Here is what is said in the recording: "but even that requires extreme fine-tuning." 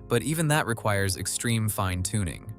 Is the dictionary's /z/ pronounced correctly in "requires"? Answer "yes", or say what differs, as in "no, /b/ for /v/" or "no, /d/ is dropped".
yes